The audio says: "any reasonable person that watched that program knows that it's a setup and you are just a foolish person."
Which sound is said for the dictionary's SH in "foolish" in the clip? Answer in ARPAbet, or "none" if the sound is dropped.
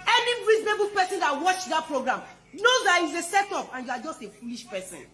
SH